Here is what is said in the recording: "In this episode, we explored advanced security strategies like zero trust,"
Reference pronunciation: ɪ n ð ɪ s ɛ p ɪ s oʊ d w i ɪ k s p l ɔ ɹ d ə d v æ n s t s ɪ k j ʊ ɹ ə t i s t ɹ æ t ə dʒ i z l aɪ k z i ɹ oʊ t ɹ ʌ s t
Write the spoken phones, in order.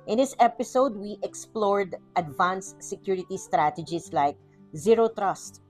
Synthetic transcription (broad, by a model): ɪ n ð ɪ s ɛ p ɪ s oʊ d w i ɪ k s p l ɔ ɹ d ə d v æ n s s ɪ k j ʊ ɹ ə t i s t ɹ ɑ t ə dʒ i s l aɪ k z i ɹ oʊ t ɹ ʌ s t